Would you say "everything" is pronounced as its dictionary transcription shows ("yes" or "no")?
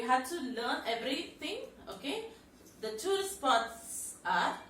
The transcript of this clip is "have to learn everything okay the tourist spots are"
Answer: no